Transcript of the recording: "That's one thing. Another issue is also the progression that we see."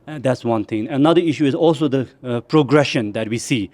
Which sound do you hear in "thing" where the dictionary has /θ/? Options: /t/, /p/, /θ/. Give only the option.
/t/